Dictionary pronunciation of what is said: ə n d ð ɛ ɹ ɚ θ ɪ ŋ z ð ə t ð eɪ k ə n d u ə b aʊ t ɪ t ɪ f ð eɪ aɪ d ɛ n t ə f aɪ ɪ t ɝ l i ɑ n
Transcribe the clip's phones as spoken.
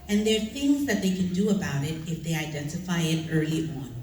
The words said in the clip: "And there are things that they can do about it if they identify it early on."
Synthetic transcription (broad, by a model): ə n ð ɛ ɹ θ ɪ ŋ z ð ə t ð eɪ k ə n d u ə b aʊ t ɪ t ɪ f ð eɪ aɪ d ɛ n t ə f aɪ ɪ t ɝ l i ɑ n